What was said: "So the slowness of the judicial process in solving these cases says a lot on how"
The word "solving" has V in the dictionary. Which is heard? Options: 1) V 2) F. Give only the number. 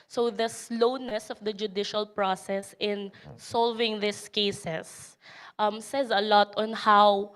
1